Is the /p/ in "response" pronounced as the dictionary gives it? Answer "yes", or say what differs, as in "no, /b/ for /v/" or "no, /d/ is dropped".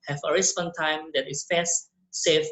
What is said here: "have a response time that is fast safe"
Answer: no, /b/ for /p/